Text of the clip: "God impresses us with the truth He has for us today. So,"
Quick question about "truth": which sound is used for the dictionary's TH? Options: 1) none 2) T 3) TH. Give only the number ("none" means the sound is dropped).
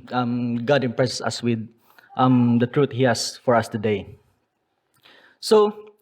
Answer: 2